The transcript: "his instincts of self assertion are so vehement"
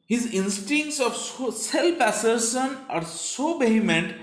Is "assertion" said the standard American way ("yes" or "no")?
no